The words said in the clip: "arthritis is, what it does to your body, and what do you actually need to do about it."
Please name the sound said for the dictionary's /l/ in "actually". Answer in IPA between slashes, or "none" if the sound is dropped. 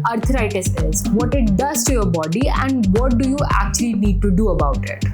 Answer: /l/